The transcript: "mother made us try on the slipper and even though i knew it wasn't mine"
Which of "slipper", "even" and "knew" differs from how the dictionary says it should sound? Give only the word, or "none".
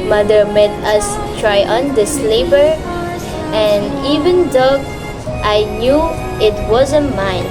slipper